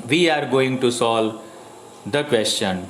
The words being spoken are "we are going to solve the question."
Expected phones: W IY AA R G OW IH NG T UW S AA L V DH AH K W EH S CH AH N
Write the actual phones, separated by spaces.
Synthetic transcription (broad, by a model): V IY AA R G OW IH NG T UW S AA L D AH K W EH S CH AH N